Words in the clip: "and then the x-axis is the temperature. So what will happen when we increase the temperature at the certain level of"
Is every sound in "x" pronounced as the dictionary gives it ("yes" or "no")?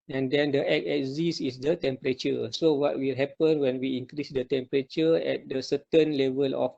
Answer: no